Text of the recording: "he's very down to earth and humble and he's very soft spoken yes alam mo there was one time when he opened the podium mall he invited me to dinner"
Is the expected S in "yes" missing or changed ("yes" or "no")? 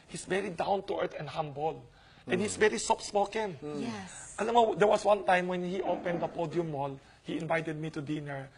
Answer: yes